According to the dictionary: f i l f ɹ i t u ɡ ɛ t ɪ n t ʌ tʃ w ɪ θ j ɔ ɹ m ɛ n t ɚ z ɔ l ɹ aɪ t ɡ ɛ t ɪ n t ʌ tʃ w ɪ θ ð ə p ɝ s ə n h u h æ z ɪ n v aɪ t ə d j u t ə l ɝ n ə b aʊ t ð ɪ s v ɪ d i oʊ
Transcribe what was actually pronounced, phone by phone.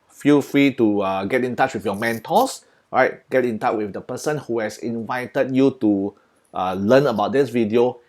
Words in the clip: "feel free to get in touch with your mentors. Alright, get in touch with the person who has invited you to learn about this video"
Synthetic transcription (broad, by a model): f i l f ɹ i t u ɡ ɛ t ɪ n t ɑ tʃ w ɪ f j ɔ m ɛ n t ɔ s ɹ aɪ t ɡ ɛ t ɪ n t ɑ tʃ w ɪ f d ə p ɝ s ə n h u h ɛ s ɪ n v aɪ t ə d j u t ə l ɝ n ə b aʊ t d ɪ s v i d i oʊ